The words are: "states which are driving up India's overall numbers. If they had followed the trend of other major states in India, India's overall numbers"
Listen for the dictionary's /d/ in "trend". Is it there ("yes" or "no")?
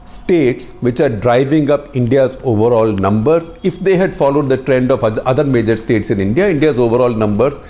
yes